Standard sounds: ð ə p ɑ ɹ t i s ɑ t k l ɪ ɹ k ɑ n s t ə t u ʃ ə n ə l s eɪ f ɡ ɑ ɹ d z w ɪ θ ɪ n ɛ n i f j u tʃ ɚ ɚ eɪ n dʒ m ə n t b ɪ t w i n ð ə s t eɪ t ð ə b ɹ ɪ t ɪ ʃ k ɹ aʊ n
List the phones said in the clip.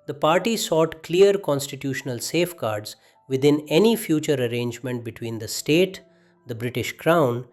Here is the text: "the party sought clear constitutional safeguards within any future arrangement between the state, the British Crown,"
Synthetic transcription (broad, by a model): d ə p ɑ ɹ t i s ɑ t k l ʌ ɹ k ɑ n s t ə t u ʃ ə n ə l s eɪ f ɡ ɑ ɹ d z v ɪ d ɪ n ɛ n i f j u tʃ ɚ ɚ eɪ n dʒ m ə n t b ɪ t w i n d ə s t eɪ t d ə b ɹ ɪ t ɪ ʃ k ɹ aʊ n